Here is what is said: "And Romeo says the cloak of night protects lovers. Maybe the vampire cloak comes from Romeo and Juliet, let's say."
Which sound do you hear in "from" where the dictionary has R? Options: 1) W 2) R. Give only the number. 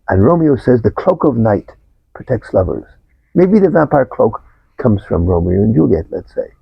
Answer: 2